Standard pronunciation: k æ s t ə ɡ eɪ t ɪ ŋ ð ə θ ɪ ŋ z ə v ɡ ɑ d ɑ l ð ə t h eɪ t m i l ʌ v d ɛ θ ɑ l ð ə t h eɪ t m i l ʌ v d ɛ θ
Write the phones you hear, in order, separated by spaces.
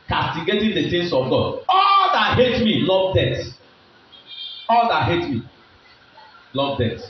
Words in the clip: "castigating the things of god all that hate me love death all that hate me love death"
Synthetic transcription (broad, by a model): k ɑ s t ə ɡ eɪ t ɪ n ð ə s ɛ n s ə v ɡ ɑ d ɑ l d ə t h eɪ t m i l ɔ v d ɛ t ɑ l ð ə t h eɪ t m i l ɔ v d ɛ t